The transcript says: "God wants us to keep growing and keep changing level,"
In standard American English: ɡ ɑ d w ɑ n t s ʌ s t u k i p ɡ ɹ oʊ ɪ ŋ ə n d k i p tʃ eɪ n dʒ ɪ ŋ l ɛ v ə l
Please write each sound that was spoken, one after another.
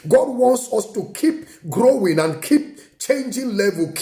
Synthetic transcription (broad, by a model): ɡ ɑ d w ɑ n t s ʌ s t u k i p ɡ ɹ oʊ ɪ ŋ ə n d k i p tʃ eɪ n dʒ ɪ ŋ l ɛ v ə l